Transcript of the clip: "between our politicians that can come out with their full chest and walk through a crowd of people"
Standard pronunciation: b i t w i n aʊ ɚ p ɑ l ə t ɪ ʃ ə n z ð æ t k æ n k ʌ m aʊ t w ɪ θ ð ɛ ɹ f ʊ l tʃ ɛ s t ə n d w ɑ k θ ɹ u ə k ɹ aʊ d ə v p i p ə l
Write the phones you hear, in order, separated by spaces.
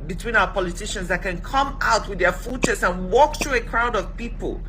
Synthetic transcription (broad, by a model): b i t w i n aʊ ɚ p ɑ l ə t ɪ ʃ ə n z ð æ t k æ n k ʌ m aʊ t w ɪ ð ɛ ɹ f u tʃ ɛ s ə n w ɑ k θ ɹ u ə k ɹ aʊ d ə v p i p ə l